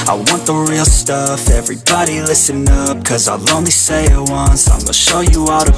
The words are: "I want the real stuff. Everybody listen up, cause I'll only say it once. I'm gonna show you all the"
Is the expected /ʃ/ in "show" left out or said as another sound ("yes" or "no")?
no